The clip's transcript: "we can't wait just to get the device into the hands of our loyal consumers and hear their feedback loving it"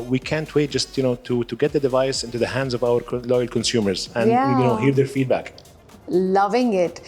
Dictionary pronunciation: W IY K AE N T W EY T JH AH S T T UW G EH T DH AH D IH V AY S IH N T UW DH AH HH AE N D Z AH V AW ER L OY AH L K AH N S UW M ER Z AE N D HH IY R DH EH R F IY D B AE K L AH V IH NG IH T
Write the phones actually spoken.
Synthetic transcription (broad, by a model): W IY K AE N T W EY T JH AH S T T UW G EH T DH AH D IH V AY S IH N T UW DH AH HH AE N D Z AH V AW ER L OY AH L K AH N S UW M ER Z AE N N HH IY R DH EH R F IY D B AE K L AH V IH NG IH T